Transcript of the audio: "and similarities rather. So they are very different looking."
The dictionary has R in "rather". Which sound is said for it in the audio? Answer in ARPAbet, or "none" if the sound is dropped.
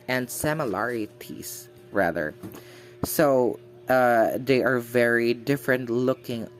R